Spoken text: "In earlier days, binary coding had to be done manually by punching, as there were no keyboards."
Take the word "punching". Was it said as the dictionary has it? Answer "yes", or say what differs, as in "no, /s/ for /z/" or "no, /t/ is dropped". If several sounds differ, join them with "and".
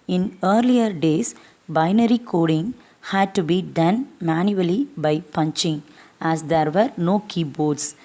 yes